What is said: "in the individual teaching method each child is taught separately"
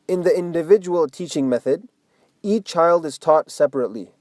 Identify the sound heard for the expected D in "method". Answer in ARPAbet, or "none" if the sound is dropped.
D